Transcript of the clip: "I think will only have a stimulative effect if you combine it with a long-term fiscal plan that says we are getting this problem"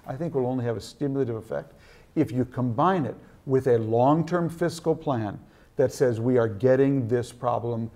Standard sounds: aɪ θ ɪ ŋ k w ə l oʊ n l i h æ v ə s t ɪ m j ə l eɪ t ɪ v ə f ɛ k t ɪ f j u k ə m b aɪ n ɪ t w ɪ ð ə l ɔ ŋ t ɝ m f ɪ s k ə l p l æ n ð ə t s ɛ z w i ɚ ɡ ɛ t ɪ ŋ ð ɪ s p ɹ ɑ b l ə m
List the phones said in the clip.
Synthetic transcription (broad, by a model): aɪ θ ɪ ŋ k w ə l oʊ n l i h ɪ v ə s t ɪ m j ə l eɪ t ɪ v ə f ɛ k t ɪ f j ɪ k ə m b aɪ n ɪ t w ɪ ð ə l ɔ ŋ t ɝ m f ɪ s k l p l æ n ð ə t s ɛ z w i ɚ ɡ ɛ t ɪ ŋ ð ɪ s p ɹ ɑ b l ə m